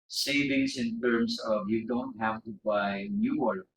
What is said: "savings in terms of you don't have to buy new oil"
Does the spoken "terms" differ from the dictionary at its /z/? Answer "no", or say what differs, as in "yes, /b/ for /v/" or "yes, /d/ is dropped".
yes, /s/ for /z/